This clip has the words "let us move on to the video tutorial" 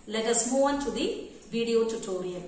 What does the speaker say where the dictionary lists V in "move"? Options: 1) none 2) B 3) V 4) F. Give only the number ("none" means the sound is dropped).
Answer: 1